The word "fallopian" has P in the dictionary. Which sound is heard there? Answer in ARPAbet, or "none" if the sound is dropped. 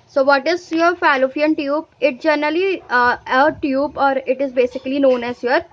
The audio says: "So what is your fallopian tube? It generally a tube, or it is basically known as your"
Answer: F